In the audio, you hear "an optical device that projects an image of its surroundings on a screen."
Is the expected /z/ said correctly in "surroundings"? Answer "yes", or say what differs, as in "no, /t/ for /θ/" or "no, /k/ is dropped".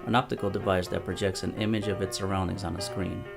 yes